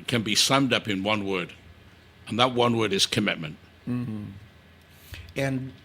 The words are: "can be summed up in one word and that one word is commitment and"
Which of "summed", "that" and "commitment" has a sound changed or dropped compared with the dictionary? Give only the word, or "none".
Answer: none